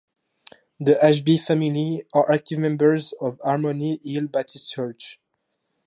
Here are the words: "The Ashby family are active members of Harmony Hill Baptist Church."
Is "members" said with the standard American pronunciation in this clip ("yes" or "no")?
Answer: yes